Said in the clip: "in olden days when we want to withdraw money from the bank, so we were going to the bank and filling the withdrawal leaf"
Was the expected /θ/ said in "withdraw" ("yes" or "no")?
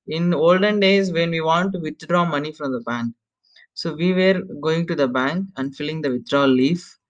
no